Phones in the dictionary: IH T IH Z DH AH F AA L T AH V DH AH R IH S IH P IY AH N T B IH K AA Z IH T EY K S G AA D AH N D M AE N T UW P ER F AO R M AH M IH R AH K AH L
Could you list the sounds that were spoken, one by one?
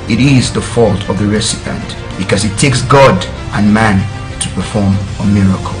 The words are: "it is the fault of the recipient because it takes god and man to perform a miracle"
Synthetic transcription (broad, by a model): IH T IH Z DH AH F AA L T AH V DH AH R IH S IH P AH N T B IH K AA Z IH T EY K S G AA D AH N M AE N T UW P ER F AO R M AH M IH R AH K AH L